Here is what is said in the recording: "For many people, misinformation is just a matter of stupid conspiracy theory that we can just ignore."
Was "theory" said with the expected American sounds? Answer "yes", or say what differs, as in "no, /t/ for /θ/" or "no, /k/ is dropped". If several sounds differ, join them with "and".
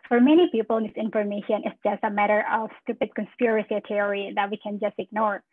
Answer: no, /t/ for /θ/